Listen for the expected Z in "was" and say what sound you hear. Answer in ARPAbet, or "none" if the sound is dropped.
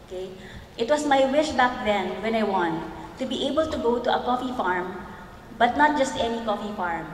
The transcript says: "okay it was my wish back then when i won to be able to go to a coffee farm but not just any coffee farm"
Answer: S